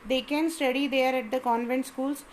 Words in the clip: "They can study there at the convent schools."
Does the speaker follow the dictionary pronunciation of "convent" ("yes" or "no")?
yes